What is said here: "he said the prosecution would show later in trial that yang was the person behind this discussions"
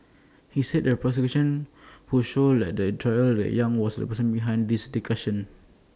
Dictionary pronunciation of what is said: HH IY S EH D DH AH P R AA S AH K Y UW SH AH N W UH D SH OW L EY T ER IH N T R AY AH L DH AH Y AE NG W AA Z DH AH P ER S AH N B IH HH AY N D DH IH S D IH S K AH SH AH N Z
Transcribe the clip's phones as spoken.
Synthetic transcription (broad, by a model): HH IY S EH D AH P R AA S AH K Y UW SH AH N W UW SH OW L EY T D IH T R AY AH L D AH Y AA NG W AA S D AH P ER S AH N B IH HH AY N D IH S D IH K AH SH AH N